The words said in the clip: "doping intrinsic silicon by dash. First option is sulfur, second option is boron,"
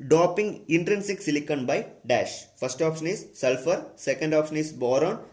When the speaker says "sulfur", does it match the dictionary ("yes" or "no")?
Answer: yes